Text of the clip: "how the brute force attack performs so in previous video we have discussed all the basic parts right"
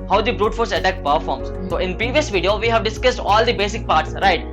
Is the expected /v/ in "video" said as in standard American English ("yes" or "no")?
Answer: yes